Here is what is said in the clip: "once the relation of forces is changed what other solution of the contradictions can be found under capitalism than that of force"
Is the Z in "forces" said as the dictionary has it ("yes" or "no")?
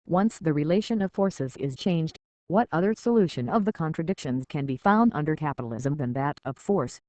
yes